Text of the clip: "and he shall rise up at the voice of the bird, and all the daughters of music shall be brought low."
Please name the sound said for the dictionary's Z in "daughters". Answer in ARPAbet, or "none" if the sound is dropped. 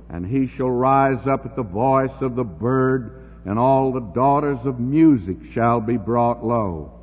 Z